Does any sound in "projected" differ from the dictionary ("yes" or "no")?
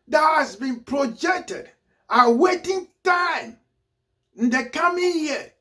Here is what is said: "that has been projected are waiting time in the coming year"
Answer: no